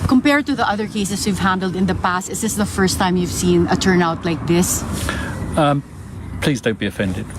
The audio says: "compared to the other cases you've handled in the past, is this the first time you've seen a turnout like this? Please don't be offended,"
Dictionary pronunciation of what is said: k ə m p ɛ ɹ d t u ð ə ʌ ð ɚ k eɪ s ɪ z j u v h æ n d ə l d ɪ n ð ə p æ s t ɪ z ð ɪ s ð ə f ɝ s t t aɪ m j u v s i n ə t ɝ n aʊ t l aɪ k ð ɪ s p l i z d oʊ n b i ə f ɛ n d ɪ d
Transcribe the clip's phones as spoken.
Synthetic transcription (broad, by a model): k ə m p ɛ ɹ d t u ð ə ʌ ð ɚ k eɪ s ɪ s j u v h æ n d ə l d ɪ n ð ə p æ s t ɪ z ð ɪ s ð ə f ɝ s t t aɪ m j u v s i n ə t ɝ n aʊ t l aɪ k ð ɪ s p l i z d oʊ n b i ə f ɛ n d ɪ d